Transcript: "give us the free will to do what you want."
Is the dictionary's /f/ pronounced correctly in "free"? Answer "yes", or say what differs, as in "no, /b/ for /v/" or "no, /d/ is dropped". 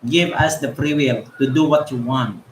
no, /p/ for /f/